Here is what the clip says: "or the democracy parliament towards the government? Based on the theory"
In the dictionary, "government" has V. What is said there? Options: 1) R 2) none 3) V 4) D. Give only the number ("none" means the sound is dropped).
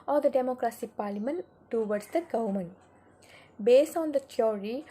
2